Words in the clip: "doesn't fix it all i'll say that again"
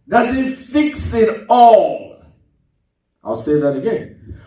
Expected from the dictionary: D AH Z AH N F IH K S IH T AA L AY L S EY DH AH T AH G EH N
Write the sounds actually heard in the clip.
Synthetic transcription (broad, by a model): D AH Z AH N F IH K S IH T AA L AY L S EY DH AH T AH G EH N